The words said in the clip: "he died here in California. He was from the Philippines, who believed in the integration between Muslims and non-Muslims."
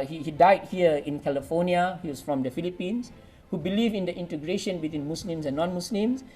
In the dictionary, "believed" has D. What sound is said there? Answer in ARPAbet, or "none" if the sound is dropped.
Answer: none